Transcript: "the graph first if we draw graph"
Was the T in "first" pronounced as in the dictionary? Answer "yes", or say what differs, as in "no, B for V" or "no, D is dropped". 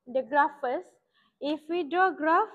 no, T is dropped